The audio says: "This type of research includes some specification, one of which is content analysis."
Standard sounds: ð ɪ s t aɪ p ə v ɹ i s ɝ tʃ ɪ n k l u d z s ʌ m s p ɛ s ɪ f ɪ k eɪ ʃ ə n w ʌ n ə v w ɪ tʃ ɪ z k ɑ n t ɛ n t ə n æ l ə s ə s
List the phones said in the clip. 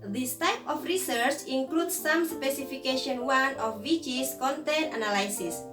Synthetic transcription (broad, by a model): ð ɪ s t aɪ p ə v ɹ i s ɝ tʃ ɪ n k l u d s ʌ m s p ɛ s ɪ f ɪ k eɪ ʃ ə n w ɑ n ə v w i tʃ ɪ s k ɑ n t ɛ n t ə n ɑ l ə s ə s